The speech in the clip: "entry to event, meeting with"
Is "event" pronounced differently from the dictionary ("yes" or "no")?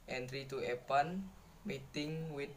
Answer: yes